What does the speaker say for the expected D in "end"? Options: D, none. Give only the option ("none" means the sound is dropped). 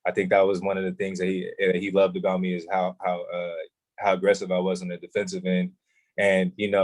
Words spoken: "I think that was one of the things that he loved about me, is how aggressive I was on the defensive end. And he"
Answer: none